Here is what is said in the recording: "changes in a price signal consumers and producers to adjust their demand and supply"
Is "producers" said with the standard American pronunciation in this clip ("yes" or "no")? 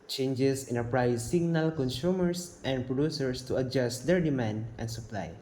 no